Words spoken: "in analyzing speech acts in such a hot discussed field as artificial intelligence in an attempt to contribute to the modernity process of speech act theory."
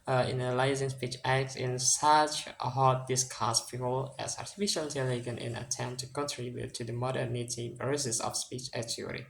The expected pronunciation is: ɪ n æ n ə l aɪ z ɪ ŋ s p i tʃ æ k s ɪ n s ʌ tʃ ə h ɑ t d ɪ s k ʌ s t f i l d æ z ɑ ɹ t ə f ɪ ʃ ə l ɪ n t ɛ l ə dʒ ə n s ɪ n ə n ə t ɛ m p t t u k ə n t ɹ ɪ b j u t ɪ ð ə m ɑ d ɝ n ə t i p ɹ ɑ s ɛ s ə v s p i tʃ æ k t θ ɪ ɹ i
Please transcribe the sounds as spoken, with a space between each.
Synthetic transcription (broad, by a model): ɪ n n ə l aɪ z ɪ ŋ s p i tʃ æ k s ɪ n s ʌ tʃ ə h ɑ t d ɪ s k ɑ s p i l æ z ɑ ɹ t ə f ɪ ʃ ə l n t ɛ l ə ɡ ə n ɪ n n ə t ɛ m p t t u k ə n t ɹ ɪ b j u t ɪ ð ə m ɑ d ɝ n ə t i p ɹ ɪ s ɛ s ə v s p i tʃ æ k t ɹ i